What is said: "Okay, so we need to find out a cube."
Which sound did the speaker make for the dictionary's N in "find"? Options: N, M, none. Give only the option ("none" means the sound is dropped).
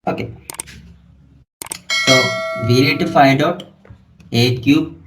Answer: none